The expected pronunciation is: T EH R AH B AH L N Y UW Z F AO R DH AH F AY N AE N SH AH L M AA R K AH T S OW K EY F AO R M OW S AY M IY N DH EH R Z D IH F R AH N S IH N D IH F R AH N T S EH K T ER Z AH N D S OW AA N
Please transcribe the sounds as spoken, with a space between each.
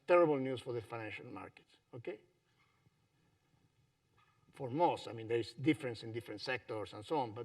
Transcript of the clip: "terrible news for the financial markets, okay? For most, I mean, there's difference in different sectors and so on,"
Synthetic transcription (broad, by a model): T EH R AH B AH L N Y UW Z F AO R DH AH F AY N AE N SH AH L M AA R K AH T S OW K EY F AO R M OW S AY M IY N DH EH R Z D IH F R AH N S IH N D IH F R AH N T S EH K T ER S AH N S OW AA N